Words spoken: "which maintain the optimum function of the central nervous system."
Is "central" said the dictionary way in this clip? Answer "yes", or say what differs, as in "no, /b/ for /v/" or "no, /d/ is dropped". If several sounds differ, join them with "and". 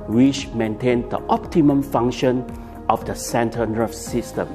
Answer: no, /ɹ/ is dropped